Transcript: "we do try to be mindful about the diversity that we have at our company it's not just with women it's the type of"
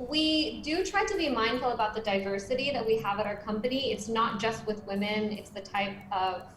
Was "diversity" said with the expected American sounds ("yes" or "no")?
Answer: yes